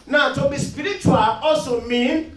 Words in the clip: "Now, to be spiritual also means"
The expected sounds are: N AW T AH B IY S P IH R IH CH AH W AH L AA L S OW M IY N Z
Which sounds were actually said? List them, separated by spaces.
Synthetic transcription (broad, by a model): N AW T AH B IY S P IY R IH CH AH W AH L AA S OW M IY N